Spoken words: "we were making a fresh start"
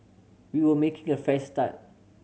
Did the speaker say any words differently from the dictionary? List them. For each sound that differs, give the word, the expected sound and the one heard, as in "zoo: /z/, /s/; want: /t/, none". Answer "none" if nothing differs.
fresh: /ɹ/, none